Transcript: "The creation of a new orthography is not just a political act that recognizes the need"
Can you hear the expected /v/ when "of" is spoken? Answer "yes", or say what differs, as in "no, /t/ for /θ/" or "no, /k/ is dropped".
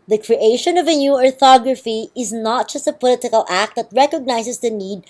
yes